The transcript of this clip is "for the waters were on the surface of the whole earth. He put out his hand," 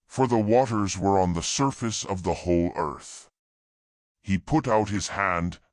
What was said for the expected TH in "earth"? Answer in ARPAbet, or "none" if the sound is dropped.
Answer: TH